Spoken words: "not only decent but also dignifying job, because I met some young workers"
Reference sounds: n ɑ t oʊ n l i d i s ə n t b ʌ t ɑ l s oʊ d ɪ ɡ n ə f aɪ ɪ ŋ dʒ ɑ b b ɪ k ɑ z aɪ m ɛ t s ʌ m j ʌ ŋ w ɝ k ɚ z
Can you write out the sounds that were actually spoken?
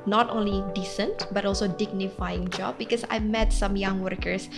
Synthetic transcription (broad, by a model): n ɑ t oʊ n l i d i s ə n t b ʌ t ɑ l s oʊ d ɪ ɡ n ə f aɪ ɪ ŋ dʒ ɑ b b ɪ k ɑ s aɪ m ɛ t s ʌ m j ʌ ŋ w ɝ k ɚ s